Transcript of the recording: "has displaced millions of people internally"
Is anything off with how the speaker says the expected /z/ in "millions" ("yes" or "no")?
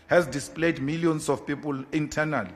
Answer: yes